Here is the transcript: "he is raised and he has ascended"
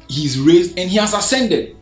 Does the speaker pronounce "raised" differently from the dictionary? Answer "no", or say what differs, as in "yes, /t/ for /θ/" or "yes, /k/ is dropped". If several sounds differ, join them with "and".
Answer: no